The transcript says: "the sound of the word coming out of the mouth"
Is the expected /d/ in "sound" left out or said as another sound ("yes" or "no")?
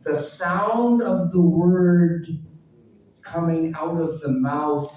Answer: no